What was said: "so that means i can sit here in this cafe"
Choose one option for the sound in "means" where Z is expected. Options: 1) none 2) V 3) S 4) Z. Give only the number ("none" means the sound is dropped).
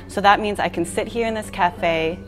4